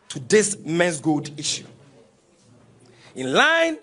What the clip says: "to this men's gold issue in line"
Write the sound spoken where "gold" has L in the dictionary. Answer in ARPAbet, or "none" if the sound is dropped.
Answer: none